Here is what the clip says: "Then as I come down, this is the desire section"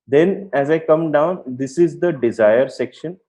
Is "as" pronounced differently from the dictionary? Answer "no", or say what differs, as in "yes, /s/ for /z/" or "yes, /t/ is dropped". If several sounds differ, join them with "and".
no